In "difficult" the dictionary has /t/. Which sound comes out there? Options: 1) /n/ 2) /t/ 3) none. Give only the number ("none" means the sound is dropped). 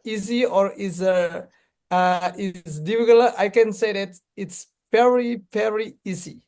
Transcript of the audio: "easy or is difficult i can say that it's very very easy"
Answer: 3